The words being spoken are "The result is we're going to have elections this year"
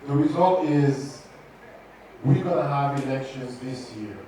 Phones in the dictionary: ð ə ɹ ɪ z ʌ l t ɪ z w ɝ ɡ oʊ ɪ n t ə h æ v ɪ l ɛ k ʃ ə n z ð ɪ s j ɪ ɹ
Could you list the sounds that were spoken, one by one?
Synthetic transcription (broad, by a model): ð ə ɹ ɪ z ʌ l t ɪ z w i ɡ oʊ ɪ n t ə h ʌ v ɪ l ɛ k ʃ ə n z ð ɪ s j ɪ ɹ